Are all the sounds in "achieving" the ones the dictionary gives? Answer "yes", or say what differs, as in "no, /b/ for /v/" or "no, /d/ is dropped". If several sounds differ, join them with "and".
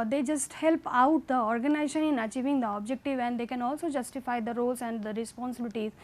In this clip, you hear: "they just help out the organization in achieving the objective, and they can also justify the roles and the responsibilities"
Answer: yes